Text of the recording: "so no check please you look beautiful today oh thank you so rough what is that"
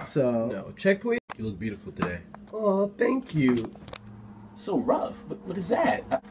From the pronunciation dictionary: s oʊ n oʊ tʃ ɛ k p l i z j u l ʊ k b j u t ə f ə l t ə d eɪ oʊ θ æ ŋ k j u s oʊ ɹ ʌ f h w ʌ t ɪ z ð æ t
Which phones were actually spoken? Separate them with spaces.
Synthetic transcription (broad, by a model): s oʊ n oʊ tʃ ɛ k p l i j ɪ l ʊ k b j u t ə f l t ə d eɪ oʊ θ æ ŋ k j u s oʊ ɹ ʌ f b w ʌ t ɪ z ð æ t